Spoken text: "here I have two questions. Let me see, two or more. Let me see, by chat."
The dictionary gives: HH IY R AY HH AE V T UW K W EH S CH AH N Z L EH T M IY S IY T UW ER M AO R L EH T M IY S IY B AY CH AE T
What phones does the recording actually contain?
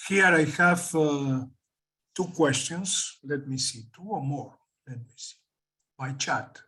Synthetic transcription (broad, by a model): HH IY R AY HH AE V T UW K W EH S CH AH N S L EH T M IY S IY T UW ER M AO R L EH T M IY S IY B AY CH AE T